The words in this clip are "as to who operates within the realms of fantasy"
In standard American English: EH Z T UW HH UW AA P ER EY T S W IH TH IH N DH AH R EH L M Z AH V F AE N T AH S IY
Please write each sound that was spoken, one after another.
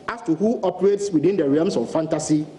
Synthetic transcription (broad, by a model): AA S T UW HH UW AA P ER EY T S W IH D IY N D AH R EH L M S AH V F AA N T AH S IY